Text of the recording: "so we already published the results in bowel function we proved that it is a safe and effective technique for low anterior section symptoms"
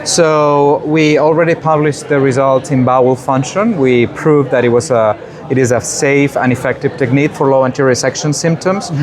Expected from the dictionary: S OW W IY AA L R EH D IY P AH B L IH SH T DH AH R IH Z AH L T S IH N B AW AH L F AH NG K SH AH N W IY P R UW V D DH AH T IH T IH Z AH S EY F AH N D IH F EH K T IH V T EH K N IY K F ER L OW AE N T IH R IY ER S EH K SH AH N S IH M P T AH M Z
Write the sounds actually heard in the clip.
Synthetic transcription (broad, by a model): S OW W IY AA L R EH D IY P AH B L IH SH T DH AH R IH Z AH L T S IH N B AW AH L F AH NG K SH AH N W IY P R UW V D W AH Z IH T IH Z AH S EY F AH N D IH F EH K T IH V T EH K N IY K F ER L OW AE N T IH R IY S EH K SH AH N S IH M P T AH M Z